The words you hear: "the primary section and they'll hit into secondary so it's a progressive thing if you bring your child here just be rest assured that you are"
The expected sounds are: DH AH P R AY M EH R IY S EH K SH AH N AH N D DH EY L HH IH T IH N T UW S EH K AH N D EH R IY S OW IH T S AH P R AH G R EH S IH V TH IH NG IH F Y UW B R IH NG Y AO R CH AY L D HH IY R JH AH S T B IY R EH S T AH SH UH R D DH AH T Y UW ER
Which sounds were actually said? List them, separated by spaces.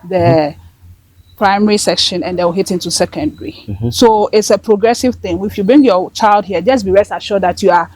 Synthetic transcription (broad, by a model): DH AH P R AY M EH R IY S EH K SH AH N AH N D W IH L HH IH T IH N T UW S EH K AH N D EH R IY S OW IH T S AH P R AH G R EH S IH V TH IH NG IH F Y UW B R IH NG Y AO CH AY L D HH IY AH JH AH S B IY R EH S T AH SH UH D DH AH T Y UW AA